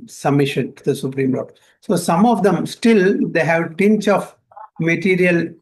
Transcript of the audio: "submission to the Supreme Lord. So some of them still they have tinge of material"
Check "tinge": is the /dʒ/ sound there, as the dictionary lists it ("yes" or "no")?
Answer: no